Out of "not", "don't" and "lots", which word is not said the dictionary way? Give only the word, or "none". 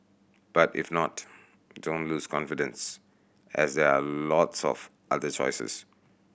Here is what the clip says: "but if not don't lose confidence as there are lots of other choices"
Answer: none